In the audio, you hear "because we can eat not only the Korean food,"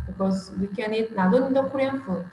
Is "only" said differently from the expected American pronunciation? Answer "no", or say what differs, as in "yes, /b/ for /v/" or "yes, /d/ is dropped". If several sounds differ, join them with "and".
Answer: yes, /l/ is dropped